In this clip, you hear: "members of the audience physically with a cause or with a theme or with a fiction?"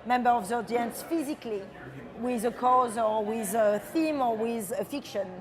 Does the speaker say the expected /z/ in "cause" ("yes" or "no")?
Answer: yes